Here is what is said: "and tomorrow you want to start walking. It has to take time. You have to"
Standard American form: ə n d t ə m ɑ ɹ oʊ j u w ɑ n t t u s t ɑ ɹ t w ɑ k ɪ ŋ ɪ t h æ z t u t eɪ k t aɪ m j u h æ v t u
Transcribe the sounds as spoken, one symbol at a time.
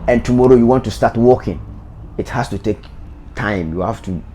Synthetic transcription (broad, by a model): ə n t ə m ɑ ɹ oʊ j u w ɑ n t t u s t ɑ t w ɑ k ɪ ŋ ɪ t h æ s t u t eɪ k t aɪ m j u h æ f t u